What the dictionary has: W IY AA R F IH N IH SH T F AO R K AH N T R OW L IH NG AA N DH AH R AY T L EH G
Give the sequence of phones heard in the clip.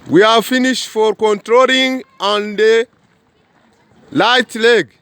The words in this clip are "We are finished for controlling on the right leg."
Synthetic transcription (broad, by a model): W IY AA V F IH N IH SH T F AO R K AH N T R OW L IH NG AA N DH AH L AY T L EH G